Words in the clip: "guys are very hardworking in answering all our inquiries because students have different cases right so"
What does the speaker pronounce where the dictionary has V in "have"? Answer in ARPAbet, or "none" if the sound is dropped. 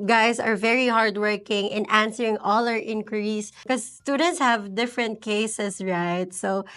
V